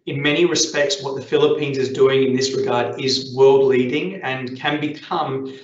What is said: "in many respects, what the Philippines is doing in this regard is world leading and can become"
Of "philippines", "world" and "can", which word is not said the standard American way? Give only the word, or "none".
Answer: none